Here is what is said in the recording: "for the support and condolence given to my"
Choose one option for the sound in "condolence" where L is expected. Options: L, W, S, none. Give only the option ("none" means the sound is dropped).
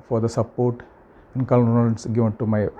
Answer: none